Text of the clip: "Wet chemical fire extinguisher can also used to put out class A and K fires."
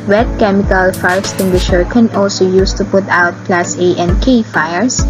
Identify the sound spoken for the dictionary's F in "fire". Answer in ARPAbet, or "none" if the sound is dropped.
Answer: F